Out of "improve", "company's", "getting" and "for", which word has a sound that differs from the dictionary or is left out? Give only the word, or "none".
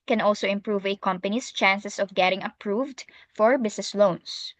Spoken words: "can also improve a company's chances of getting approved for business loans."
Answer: company's